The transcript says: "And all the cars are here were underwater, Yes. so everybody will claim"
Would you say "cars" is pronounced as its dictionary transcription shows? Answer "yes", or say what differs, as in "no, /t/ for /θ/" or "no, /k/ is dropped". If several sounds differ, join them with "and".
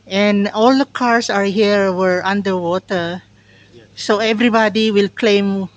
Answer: no, /s/ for /z/